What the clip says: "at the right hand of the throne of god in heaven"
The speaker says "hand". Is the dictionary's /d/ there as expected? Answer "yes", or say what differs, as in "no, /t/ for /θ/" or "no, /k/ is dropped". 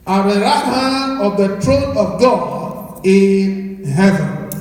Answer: no, /d/ is dropped